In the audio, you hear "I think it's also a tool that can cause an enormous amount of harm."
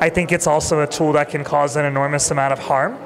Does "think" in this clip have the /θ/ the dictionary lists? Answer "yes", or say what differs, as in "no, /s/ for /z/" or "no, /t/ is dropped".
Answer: yes